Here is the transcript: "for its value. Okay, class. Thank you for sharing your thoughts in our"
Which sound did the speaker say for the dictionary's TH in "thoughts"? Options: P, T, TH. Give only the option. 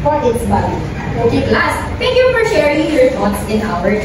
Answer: T